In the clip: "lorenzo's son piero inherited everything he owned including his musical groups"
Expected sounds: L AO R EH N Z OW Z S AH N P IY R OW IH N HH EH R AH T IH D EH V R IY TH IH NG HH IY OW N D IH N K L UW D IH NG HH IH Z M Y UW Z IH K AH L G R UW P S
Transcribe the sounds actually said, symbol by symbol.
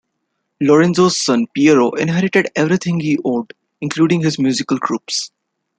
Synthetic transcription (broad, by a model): L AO R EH N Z OW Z S AH N P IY R OW IH N HH EH R AH T IH D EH V R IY T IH NG HH IY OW D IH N K L UW D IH NG HH IH Z M Y UW Z IH K AH L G R UW P S